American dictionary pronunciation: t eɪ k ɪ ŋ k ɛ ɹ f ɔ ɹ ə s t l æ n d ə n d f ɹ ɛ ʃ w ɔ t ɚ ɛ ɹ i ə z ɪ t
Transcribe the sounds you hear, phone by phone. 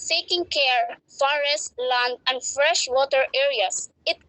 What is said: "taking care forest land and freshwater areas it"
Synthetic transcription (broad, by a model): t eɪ k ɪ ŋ k ɛ ɹ f ɔ ɹ ə s t l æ n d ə n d f ɹ ɛ ʃ w ɔ t ɚ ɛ ɹ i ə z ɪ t